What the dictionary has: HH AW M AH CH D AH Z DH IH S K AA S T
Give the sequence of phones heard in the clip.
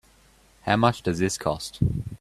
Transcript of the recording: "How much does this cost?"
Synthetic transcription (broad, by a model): HH AW M AH CH D AH Z DH IH S K AA S T